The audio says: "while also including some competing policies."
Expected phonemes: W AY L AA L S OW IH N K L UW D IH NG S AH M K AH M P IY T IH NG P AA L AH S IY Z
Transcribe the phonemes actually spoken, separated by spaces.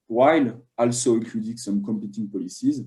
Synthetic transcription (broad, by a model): W AY L AA L S OW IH K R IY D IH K S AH M K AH M P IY T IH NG P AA L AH S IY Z